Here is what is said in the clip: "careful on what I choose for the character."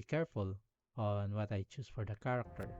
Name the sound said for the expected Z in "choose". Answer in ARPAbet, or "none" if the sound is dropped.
S